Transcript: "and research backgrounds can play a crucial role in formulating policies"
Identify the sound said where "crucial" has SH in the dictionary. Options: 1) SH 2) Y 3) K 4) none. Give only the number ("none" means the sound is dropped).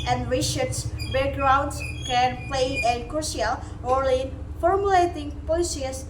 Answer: 4